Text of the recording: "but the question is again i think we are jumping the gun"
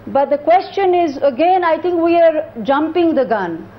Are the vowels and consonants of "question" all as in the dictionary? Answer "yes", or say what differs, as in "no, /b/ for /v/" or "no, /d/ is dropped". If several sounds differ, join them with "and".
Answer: yes